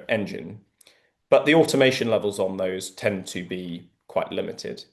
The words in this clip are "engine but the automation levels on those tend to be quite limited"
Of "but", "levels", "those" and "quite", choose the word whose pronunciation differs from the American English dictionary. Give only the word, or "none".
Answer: none